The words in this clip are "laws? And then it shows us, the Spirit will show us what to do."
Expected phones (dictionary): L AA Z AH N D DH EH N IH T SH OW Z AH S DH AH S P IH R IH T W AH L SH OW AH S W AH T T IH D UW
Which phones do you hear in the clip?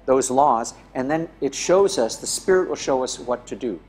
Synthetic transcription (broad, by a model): L AA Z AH N DH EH N IH T SH OW Z AH S DH AH S P IH R IH T W AH L SH OW AH S W AH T T IH D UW